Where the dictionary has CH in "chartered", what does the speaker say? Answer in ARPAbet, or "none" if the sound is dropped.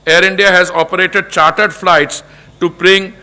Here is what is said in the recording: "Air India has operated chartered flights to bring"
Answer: CH